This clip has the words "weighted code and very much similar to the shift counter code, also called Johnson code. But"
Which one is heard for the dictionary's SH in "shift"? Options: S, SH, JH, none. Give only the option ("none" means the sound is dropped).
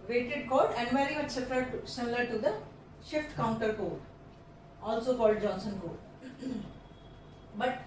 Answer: SH